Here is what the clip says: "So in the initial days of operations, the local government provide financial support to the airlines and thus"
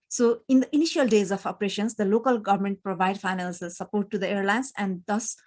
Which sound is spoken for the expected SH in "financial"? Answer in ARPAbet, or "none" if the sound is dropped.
S